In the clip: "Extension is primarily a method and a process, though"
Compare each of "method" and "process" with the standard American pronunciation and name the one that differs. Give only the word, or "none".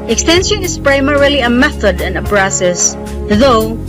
process